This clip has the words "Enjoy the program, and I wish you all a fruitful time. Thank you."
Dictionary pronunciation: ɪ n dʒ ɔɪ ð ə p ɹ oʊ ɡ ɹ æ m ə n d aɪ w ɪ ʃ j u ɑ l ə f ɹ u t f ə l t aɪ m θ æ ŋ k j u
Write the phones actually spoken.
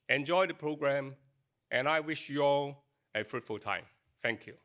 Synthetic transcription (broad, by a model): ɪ n dʒ ɔɪ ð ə p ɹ oʊ ɡ ɹ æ m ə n aɪ w ɪ ʃ j u ɑ l ə f ɹ u t f ə l t aɪ m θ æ ŋ k j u